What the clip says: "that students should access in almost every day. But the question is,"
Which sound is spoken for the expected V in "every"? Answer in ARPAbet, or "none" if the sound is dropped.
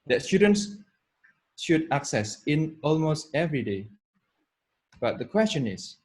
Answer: V